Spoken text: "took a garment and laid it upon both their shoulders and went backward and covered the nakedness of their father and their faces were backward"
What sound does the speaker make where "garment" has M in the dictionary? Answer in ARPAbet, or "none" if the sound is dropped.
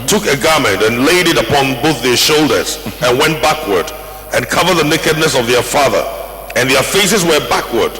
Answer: M